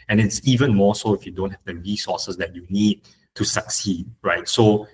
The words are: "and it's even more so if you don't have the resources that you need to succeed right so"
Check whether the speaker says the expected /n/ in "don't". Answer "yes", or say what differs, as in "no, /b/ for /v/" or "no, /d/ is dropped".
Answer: yes